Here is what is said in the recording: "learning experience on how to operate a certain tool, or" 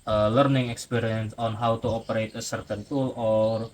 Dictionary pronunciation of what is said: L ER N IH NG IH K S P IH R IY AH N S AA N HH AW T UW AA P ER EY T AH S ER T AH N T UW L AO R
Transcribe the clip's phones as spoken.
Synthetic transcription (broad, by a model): L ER N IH NG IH K S P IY R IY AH N S AA N HH AW T UW AA P ER EY T AH S ER T AH N T UW L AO R